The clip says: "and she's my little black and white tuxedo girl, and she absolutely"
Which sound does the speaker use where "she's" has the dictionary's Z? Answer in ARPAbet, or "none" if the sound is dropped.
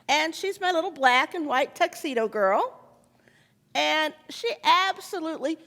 Z